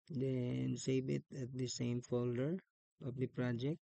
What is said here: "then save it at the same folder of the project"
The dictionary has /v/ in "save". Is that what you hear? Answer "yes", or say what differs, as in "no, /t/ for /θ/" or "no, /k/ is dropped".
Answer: no, /b/ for /v/